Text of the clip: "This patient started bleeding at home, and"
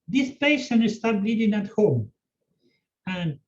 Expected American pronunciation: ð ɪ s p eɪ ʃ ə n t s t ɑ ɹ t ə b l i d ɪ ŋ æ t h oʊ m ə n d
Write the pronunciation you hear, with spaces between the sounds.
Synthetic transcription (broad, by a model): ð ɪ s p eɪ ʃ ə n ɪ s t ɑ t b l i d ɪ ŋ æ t h oʊ m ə n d